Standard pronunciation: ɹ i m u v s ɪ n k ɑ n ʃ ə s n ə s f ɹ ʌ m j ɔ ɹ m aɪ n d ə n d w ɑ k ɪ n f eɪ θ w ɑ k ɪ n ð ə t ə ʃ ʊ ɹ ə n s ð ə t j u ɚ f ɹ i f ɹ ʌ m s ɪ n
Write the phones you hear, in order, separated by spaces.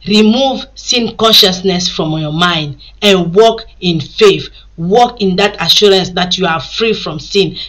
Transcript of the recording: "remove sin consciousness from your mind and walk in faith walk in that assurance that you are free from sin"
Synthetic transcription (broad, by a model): ɹ i m u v s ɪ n k ɑ n ʃ ə s n ə s f ɹ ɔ m j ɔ m aɪ n d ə n w ɑ k ɪ n f eɪ θ w ɑ k ɪ n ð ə t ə ʃ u ɹ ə n s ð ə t j u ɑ f ɹ i f ɹ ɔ m s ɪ n